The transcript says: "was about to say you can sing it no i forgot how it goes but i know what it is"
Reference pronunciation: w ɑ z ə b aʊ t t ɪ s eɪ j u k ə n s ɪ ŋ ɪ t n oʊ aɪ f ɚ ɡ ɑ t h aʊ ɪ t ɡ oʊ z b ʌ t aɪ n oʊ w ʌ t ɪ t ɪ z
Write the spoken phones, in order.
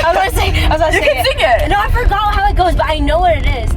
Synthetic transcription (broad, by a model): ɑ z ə aʊ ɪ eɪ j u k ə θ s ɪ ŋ ɪ t n oʊ aɪ f ɚ ɡ ɑ t h aʊ ɪ t ɡ oʊ z b ʌ t aɪ n oʊ w ʌ t ɪ t ɪ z